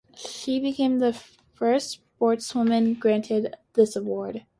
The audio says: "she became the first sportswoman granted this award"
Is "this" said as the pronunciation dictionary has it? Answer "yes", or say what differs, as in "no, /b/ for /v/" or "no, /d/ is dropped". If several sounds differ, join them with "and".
yes